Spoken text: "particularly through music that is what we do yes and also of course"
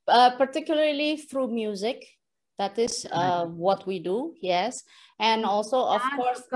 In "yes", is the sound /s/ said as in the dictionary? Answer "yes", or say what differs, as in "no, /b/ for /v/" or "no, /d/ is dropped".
yes